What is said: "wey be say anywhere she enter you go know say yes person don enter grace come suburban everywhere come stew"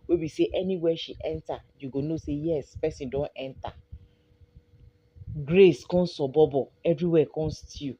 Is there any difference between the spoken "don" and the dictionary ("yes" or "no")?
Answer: no